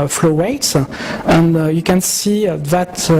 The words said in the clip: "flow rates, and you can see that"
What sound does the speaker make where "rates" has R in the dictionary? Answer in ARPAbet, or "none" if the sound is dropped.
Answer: W